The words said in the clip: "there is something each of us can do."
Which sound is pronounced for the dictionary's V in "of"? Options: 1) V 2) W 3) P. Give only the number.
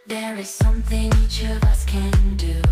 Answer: 1